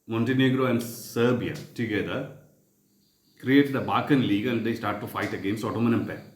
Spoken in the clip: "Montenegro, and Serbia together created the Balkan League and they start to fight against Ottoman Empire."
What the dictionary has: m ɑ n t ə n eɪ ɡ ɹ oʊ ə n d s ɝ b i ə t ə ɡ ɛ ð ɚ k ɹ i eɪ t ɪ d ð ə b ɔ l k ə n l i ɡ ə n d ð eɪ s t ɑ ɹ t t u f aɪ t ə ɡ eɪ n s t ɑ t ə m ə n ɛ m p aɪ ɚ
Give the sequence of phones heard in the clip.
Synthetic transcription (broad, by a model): m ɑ n t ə n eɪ ɡ ɹ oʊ ə n d s ɝ b i ə t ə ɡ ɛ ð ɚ k ɹ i eɪ t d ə b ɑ k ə n l i ɡ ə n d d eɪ s t ɑ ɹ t t u f aɪ t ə ɡ eɪ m s ɑ t ə m ə n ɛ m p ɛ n